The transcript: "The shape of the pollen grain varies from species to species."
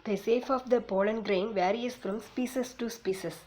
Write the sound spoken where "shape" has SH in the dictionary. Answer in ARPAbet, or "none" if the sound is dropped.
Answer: S